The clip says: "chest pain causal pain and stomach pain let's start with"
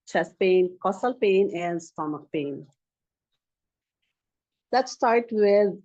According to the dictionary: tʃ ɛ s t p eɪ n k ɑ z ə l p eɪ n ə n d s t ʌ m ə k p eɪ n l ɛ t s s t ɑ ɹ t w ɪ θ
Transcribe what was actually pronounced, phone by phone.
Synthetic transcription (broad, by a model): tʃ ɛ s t p eɪ n k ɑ s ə l p eɪ n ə n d s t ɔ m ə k p eɪ n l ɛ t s s t ɑ ɹ t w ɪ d